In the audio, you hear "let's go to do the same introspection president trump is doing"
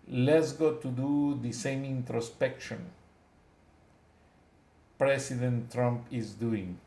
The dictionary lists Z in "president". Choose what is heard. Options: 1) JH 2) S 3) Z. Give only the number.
2